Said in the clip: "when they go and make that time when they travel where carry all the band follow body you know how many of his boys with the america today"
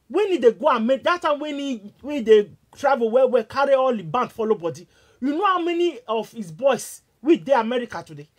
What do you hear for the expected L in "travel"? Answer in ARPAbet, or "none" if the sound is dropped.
W